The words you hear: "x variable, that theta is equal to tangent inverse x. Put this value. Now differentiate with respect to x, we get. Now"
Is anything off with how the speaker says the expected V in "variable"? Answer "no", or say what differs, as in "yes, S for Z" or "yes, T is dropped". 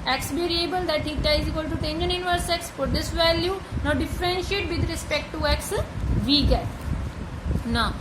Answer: yes, B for V